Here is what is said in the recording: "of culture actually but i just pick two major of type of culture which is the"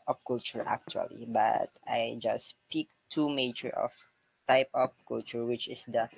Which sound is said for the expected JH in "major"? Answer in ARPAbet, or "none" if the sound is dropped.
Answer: CH